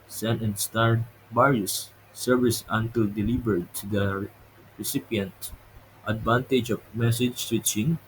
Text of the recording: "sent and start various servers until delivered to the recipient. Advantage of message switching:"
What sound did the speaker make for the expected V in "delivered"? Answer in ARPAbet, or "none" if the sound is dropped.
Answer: B